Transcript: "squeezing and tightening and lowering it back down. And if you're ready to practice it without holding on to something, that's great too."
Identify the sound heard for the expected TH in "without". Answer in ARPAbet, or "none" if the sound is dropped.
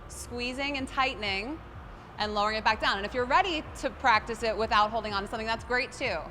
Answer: TH